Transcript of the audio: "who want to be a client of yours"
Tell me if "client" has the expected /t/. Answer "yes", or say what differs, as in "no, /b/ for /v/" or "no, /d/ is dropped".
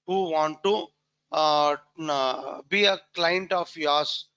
yes